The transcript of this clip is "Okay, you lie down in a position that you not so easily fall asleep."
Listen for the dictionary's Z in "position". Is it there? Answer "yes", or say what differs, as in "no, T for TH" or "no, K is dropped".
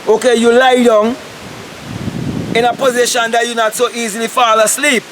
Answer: yes